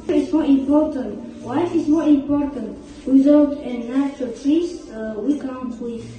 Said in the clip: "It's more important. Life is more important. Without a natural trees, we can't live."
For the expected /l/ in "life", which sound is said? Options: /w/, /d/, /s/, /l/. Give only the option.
/w/